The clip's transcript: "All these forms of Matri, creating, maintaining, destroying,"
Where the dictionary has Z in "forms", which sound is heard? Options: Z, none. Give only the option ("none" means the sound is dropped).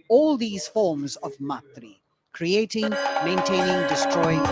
Z